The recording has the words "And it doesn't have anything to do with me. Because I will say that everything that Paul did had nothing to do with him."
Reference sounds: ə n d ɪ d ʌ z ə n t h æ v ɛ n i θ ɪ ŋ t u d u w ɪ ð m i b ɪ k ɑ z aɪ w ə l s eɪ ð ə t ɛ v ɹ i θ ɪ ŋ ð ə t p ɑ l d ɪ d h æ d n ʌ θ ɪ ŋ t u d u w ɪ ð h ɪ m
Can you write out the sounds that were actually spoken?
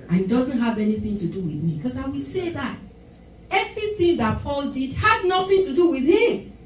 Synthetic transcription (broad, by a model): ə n ɪ d ʌ z ə n t h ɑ v ɛ n i θ ɪ ŋ t u d u w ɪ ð m i k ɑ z aɪ w ə l s eɪ ð ə t ɛ v ɹ i θ ɪ ŋ ð ə t p ɑ l d ɪ d h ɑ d n ʌ θ ɪ ŋ t u d u w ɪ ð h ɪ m